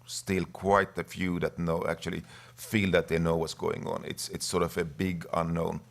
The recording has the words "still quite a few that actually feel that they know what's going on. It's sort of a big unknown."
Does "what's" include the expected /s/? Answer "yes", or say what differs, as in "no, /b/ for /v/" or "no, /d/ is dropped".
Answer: yes